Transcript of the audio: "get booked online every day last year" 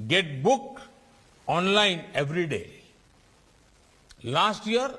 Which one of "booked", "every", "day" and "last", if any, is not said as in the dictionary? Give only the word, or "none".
booked